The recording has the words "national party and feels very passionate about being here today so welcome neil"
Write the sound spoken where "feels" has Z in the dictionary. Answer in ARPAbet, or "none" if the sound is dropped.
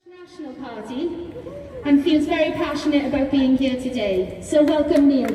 Z